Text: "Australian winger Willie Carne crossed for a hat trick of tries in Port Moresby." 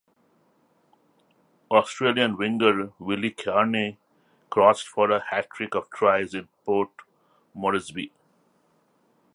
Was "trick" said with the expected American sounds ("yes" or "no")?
yes